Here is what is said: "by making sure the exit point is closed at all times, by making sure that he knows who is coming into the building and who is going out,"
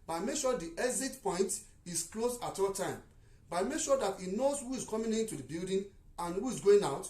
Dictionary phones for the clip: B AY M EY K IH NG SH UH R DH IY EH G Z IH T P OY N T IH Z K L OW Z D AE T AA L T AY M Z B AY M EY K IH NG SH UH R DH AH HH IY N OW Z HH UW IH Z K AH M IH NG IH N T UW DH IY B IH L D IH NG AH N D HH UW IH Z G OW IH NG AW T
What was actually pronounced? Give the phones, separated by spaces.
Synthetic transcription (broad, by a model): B AY M EY K SH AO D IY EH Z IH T P OY N T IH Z K L OW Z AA T AA L T AY M B AY M EY K SH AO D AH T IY N OW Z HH UW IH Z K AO M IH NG IH N T UW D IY B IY L D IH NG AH N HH UW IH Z G OW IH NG AW T